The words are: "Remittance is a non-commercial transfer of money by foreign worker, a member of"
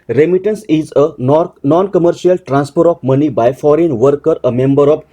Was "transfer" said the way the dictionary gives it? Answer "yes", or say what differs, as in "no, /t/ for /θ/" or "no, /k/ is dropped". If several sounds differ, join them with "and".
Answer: no, /p/ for /f/